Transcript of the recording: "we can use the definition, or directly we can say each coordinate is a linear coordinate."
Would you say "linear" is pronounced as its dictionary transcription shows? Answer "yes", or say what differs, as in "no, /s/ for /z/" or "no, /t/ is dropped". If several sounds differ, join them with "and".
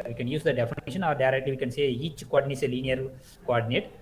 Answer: no, /n/ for /l/